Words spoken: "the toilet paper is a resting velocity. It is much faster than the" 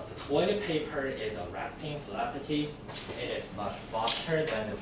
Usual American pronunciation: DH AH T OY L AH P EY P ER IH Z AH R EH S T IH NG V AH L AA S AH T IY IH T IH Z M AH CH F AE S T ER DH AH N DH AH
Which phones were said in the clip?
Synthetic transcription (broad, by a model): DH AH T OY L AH P EY P ER IH Z AH R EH S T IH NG F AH L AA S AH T IY IH T IH Z M AH CH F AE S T ER DH AH N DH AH